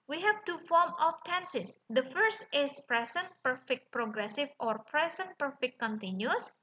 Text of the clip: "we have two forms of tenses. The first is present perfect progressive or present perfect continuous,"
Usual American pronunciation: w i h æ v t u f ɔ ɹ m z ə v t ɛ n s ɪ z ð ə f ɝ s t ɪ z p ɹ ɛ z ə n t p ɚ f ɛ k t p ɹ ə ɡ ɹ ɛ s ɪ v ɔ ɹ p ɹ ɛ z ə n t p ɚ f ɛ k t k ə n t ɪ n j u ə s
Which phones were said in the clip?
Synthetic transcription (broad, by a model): w i h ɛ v t u f ɔ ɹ m ə f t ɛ n s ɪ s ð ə f ɝ s t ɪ s p ɹ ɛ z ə n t p ɚ f ɛ k t p ɹ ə ɡ ɹ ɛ s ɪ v ɔ ɹ p ɹ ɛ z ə n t p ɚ f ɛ k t k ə n t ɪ n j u s